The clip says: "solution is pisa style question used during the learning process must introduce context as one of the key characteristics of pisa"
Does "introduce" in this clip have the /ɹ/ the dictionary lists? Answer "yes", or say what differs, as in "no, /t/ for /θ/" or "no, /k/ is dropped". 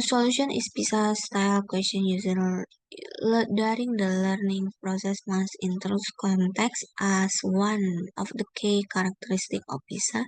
no, /ɹ/ is dropped